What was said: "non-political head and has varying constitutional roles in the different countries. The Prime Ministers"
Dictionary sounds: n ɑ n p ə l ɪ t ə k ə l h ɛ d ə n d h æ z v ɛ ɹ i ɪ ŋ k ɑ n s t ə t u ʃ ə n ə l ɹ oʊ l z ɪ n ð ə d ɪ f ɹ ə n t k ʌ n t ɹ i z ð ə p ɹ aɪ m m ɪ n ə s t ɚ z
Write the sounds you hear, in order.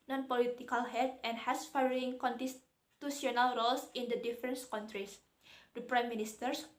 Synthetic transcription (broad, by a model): n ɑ n p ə l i t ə k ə l h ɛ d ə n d h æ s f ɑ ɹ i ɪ ŋ k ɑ n t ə t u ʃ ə n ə l ɹ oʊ l s ɪ n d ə d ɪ f ɹ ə n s k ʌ n t ɹ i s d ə p ɹ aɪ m m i n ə s t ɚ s